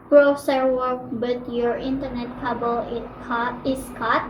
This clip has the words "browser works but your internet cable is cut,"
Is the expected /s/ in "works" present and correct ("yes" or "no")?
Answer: no